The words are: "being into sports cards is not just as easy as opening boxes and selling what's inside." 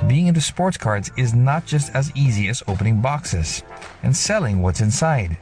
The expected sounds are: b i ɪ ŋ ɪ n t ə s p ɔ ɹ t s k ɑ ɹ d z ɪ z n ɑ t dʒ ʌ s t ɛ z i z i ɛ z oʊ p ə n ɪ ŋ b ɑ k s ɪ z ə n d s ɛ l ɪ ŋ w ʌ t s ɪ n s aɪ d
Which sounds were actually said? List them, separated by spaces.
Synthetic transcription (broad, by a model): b i ɪ ŋ ɪ n t ə s p ɔ ɹ t s k ɑ ɹ d z ɪ z n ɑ t dʒ ʌ s t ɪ z i z i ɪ z oʊ p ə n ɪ ŋ b ɑ k s ɪ z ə n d s ɛ l ɪ ŋ w ʌ t s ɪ n s aɪ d